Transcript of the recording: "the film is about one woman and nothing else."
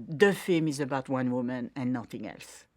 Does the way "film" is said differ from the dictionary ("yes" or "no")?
yes